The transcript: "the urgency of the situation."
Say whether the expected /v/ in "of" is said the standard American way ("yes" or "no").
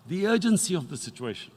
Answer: yes